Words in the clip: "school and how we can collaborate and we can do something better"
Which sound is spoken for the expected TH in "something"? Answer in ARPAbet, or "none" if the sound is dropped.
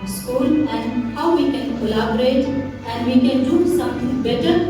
T